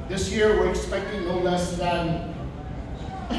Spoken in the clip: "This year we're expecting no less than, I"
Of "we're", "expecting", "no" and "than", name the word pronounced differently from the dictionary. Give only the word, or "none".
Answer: no